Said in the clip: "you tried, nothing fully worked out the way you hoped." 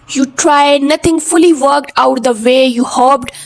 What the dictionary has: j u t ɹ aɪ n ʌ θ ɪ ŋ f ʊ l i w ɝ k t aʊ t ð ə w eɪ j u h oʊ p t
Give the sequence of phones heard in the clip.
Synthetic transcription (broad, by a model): j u t ɹ aɪ n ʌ t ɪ ŋ f ʊ l i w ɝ k t aʊ t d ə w eɪ j u h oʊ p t